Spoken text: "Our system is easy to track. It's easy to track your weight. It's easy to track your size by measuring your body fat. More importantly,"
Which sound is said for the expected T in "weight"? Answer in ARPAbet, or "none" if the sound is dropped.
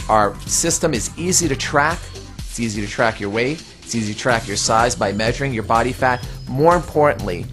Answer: none